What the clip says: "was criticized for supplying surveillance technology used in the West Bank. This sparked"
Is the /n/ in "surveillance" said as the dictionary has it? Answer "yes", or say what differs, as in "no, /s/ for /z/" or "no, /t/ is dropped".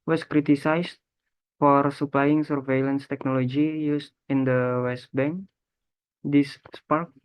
yes